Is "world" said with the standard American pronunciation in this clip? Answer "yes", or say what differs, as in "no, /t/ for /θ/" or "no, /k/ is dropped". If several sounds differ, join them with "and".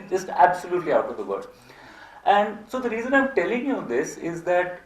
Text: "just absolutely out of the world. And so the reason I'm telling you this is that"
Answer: no, /l/ is dropped